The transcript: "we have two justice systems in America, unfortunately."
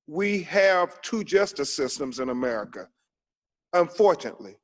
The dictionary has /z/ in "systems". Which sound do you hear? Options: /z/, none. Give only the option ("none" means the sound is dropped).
/z/